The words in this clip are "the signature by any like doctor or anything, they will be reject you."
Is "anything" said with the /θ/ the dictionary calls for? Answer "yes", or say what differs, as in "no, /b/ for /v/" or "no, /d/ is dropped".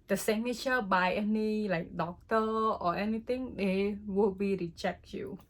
no, /t/ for /θ/